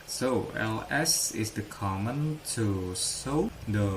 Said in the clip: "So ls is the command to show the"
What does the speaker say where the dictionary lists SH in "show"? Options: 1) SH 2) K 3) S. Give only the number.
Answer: 3